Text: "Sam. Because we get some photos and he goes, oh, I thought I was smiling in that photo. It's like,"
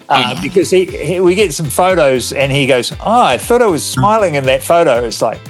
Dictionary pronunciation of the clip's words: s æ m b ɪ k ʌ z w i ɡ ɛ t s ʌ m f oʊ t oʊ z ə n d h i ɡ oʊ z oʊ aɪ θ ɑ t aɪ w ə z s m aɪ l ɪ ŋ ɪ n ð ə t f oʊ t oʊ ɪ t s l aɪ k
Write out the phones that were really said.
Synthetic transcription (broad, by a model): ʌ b ɪ k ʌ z w i ɡ ɛ t s ʌ m f oʊ t oʊ z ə n i ɡ oʊ z oʊ aɪ θ ɑ t aɪ w ə z s m aɪ l ɪ ŋ ɪ n ð ə t f oʊ t oʊ ɪ t s l aɪ k